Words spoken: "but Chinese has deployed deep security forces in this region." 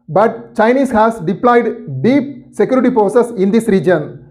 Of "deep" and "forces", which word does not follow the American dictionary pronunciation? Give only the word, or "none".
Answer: forces